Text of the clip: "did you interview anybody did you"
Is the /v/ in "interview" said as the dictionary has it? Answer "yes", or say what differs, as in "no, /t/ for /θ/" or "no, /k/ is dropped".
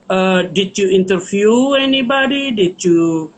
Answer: no, /f/ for /v/